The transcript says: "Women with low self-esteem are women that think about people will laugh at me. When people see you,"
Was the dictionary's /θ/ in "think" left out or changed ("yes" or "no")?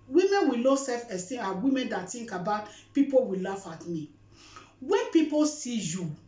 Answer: yes